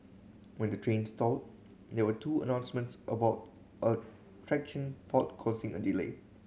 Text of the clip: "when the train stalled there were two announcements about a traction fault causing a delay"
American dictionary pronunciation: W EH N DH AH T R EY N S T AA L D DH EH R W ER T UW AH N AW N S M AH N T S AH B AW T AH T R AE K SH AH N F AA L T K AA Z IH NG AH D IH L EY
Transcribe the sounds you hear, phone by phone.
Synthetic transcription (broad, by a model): W EH N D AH T R EY N S T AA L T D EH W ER T UW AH N AW N S M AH N T S AH B AW T AH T R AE K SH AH N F AA T K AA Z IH NG AH D IH L EY